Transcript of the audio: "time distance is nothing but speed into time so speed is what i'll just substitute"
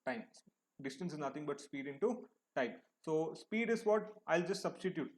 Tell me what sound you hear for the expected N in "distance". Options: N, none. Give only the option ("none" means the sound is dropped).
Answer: N